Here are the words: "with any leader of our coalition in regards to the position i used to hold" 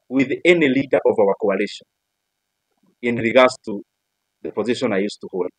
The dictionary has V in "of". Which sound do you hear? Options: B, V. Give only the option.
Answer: V